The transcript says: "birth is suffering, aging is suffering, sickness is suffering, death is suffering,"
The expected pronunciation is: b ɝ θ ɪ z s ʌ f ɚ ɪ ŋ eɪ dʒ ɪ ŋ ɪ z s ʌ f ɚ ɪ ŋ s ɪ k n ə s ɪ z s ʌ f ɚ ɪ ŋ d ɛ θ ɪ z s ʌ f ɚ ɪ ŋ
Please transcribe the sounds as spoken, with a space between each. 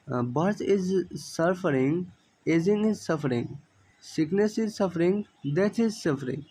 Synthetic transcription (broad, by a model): b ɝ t ɪ z s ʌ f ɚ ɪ ŋ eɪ z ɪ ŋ ɪ z s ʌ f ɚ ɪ ŋ s ɪ k n ə s ɪ z s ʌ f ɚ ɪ ŋ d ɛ t ɪ z s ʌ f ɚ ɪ ŋ